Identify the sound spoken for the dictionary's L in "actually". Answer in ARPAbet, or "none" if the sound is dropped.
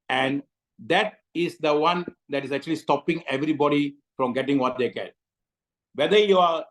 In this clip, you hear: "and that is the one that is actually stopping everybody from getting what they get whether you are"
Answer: L